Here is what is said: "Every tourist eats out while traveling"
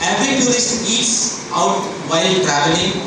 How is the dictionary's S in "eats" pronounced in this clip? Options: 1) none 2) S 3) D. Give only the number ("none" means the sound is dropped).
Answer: 2